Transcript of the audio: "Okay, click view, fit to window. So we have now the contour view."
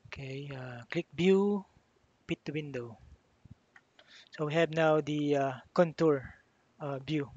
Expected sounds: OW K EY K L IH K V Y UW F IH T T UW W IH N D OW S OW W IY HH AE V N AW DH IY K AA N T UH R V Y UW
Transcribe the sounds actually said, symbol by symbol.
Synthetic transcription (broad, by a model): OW K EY K L IH K B Y UW P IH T T UW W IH N D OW S OW W IY HH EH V N AW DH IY K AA N T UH R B Y UW